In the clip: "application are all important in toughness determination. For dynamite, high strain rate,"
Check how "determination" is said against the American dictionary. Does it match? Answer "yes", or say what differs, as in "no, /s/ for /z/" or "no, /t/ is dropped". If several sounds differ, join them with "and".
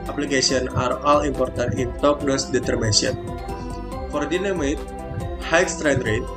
no, /ʃ/ is dropped